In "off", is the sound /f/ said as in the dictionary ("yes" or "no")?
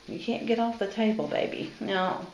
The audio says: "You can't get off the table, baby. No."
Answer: yes